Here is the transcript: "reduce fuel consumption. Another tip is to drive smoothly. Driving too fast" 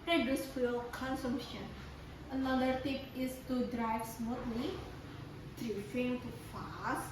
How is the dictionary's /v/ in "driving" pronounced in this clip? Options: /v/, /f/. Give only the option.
/f/